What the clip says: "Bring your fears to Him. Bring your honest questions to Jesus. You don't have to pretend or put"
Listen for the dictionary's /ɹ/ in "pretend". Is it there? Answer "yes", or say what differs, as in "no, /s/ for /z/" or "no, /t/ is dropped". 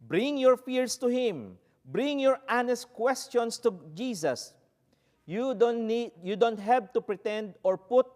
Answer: yes